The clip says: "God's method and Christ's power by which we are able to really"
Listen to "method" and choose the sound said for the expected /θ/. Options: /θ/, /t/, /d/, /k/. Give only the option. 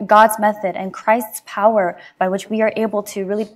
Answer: /θ/